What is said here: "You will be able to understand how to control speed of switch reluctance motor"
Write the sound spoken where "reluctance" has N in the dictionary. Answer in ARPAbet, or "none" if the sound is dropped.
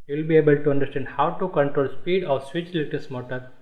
none